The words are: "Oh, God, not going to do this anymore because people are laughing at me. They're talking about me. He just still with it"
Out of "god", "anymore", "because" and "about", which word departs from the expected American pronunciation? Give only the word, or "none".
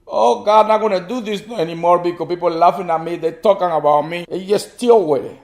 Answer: because